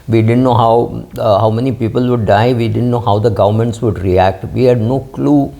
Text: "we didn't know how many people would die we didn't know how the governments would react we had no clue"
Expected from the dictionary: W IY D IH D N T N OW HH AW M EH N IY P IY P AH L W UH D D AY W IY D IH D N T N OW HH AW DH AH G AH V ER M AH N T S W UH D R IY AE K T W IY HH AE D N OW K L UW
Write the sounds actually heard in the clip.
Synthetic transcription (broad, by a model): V IY D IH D N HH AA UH HH AW M EH N IY P IY P AH L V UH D D AY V IY D IH D N T N OW HH AW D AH G AH V ER M AH N T S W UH D R IY AE K T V IY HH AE D N OW K L UW